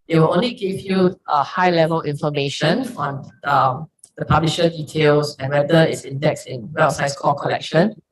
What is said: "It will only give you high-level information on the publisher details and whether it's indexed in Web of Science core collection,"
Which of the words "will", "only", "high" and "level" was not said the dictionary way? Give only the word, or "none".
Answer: none